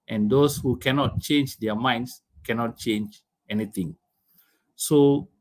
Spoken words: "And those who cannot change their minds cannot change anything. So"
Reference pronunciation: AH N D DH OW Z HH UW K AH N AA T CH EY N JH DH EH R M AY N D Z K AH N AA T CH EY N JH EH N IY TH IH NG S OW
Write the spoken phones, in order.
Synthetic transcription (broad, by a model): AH N D OW S HH UW K AH N AA T CH EY N JH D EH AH M AY N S K AH N AA T CH EY N JH EH N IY T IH NG S OW